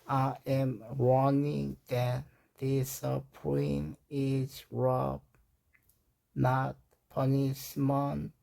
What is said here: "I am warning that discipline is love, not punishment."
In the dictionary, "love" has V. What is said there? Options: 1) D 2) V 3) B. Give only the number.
3